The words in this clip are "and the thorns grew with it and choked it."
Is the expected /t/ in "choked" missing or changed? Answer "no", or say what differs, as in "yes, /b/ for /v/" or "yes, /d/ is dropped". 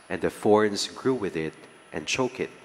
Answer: yes, /t/ is dropped